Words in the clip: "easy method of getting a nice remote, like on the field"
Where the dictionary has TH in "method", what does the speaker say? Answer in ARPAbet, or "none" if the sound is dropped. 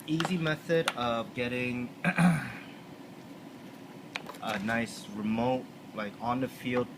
TH